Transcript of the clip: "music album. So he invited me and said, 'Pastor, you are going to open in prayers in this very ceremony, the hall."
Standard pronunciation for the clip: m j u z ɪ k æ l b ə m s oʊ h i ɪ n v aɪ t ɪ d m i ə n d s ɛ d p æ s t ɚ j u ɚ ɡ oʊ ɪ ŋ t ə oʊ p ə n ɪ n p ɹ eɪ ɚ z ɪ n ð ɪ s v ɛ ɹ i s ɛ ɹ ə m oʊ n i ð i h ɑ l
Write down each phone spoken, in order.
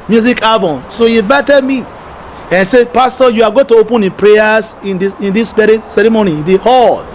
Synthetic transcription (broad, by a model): m j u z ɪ k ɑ b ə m s oʊ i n v aɪ t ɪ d m i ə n s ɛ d p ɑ s t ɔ j u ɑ ɡ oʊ t ə oʊ p ə n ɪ p ɹ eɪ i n ɪ n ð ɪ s b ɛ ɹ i s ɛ ɹ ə m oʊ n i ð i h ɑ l